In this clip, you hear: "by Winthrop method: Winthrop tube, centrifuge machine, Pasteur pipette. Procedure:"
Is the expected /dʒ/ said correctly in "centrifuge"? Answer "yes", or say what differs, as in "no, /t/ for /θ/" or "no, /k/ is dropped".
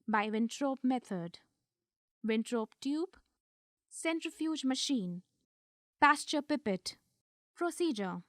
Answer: yes